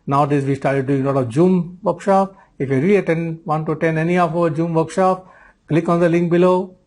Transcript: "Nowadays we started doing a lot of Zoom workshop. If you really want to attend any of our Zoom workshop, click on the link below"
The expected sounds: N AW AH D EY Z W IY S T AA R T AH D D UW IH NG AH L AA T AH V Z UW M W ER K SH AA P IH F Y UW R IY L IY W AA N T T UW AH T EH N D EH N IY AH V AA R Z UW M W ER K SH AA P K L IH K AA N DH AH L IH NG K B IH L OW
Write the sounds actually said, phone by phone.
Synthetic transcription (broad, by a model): N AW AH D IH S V IY S T AA R T AH D D UW IH NG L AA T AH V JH UW M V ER K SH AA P IH F Y UW R IY L IY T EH N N T UW T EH N EH N IY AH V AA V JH UW M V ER K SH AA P K L IH K AA N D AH L IH NG K B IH L OW